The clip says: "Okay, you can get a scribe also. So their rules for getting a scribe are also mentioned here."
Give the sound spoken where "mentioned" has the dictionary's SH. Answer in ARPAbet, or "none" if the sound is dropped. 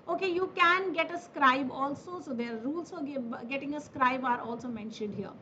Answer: SH